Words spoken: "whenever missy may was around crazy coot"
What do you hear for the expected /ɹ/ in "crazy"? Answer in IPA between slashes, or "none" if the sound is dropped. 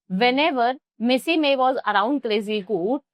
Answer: /l/